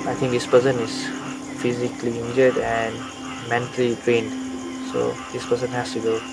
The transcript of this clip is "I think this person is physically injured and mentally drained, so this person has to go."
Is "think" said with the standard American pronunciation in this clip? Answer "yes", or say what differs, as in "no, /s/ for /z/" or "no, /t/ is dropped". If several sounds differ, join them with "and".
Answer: no, /t/ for /θ/